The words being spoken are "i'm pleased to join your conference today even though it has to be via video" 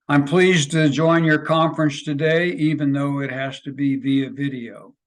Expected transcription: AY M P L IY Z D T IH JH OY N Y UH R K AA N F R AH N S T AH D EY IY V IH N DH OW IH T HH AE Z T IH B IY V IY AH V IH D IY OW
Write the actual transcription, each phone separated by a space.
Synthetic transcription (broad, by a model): AY M P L IY Z T IH JH OY N Y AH R K AA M F R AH N S T AH D EY IY V IH N DH OW IH T HH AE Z T IH B IY V IY AH V IH D IY OW